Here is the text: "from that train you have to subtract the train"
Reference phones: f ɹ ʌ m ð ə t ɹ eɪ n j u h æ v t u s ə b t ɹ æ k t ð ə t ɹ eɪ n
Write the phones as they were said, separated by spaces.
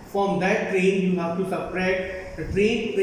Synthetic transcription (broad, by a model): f ɹ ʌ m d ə t ɹ eɪ n j u h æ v t u s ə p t ɹ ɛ t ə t ɹ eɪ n